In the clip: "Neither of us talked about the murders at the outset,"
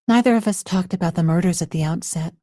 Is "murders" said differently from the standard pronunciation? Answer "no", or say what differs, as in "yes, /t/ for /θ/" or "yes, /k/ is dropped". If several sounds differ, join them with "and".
no